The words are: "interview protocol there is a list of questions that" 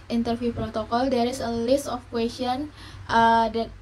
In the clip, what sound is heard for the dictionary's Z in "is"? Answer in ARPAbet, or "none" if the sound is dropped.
S